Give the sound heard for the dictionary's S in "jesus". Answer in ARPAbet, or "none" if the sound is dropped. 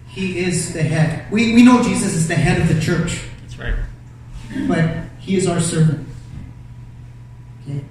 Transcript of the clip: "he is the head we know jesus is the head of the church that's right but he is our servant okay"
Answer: S